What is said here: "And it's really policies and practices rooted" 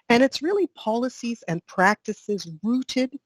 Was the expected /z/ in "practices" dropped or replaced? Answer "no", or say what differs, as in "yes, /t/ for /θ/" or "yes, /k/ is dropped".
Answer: no